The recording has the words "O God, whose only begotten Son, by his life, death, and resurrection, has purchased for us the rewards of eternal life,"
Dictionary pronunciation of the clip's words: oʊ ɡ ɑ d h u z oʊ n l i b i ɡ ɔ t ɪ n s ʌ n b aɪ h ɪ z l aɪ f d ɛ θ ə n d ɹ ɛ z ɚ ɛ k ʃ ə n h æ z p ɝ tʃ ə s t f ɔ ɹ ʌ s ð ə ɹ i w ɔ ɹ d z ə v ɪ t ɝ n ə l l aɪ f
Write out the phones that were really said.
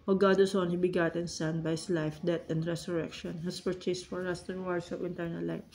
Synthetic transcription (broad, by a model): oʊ ɡ ɑ d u s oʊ n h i b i ɡ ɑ t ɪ n s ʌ n b aɪ h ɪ s l aɪ f d ɛ t ə n d ɹ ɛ s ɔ ɛ k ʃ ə n h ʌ s p ɝ tʃ ə s t f ɔ ɹ ʌ s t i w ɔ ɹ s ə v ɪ t ɝ n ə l l aɪ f